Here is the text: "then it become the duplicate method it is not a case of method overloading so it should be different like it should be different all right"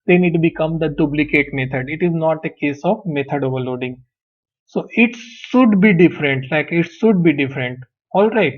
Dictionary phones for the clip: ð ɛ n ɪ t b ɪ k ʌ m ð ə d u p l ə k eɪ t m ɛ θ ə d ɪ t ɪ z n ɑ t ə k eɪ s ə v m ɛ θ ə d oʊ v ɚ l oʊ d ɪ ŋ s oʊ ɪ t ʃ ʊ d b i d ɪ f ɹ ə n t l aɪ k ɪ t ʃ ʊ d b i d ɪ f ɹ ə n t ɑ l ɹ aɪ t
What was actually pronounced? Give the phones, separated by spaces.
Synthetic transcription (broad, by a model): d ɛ n ɪ t b ɪ k ʌ m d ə d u b l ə k eɪ t m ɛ t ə d ɪ t ɪ z n ɑ t ə k eɪ s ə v m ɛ t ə d oʊ v ɚ l oʊ d ɪ ŋ s oʊ ɪ t ʃ ʊ d b i d ɪ f ɹ ə n t l aɪ k ɪ t ʃ ʊ d b i d ɪ f ɹ ə n t ɑ l ɹ aɪ t